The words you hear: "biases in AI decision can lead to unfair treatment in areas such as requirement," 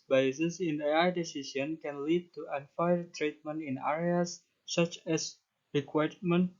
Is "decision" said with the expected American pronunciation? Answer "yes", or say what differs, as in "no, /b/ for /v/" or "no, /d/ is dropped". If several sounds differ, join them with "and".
no, /s/ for /ʒ/